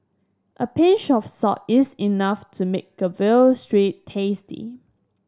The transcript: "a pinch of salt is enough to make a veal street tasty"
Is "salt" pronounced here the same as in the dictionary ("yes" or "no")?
no